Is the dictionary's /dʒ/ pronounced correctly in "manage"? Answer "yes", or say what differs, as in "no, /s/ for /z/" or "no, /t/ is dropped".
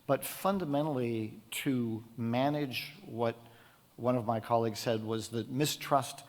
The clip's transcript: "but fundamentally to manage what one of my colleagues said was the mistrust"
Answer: yes